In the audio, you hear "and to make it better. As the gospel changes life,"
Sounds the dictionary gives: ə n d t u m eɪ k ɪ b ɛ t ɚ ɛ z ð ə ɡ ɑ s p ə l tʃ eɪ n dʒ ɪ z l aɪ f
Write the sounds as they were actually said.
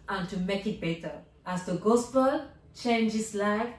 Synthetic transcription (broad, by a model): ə n t u m eɪ k ɪ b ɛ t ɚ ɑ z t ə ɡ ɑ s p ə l tʃ eɪ n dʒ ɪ s l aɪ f